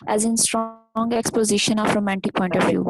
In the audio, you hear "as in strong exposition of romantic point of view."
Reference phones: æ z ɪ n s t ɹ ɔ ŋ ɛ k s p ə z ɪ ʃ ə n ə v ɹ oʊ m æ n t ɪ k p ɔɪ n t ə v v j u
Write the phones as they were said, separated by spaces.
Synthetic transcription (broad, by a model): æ z ɪ n s t ɹ ɔ ŋ ɛ k s p ə z ɪ ʃ ə n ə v ɹ oʊ m æ n t ɪ k p ɔɪ n t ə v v j u